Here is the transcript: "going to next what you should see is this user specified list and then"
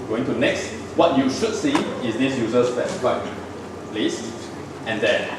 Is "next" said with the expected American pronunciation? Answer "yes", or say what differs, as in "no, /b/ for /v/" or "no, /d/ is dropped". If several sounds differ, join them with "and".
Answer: yes